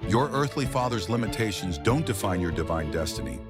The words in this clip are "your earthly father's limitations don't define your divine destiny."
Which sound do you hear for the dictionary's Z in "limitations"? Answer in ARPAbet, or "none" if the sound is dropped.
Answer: Z